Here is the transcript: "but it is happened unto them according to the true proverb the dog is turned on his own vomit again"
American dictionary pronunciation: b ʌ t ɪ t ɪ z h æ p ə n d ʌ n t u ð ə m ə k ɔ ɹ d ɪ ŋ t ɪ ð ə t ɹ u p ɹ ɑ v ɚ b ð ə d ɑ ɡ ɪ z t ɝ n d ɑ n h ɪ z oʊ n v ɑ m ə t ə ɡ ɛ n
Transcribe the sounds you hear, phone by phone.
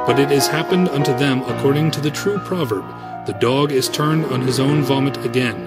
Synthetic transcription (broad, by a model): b ʌ t ɪ t ɪ z h æ p ə n d ʌ n t u ð ə m ə k ɔ ɹ d ɪ ŋ t ɪ ð ə t ɹ u p ɹ ɑ v ɚ b ð ə d ɑ ɡ ɪ z t ɝ n d n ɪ z oʊ n v ɑ m ə t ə ɡ ɛ n